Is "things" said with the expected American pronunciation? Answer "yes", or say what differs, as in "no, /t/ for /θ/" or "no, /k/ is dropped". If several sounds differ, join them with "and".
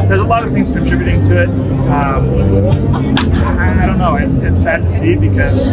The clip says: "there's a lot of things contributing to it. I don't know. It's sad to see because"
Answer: yes